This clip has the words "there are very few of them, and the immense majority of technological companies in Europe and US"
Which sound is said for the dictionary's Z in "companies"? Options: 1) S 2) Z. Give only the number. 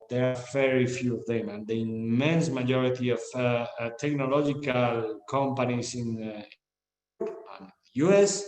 1